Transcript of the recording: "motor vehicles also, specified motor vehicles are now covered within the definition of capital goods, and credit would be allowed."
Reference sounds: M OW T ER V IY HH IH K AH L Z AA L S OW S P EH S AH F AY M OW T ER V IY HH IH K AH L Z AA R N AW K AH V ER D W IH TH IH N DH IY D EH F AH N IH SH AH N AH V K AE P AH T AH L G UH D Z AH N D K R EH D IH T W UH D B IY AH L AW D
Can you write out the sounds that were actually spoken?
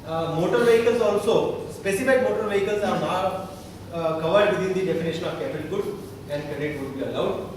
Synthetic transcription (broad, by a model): M OW T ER V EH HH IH K AH L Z AA L S OW S P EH S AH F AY M OW T ER V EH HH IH K AH L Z AA R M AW K AH V ER D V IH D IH N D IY D EH F AH N IH SH AH N AH V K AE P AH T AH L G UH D AH N D K R EH D IH T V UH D B IY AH L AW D